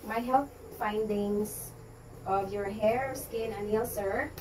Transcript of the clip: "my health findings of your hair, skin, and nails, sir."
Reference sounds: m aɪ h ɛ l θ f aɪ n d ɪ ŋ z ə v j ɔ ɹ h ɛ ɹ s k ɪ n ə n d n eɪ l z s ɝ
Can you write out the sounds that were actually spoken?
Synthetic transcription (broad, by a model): m aɪ h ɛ l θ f aɪ n d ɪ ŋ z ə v j ɔ ɹ h ɛ ɹ s k ɪ n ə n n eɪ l s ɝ